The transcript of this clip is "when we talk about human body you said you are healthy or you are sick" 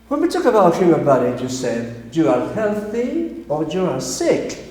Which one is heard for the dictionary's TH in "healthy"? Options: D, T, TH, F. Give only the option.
TH